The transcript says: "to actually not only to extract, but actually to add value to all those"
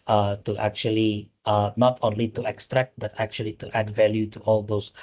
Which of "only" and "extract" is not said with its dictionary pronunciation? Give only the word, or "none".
none